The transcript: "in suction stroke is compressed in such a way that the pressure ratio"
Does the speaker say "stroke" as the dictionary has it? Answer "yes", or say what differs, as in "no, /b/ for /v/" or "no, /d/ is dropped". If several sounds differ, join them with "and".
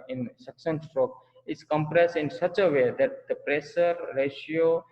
yes